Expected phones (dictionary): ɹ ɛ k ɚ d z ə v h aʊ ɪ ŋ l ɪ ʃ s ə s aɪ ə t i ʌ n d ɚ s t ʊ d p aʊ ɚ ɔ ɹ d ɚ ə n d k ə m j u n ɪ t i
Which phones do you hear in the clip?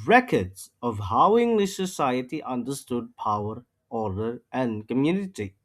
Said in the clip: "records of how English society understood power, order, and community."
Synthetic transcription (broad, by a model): ɹ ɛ k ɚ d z ə v h aʊ ɪ ŋ l ɪ ʃ s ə s aɪ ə t i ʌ n d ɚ s t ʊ d p aʊ ɚ ɔ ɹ d ɚ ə n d k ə m j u n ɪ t i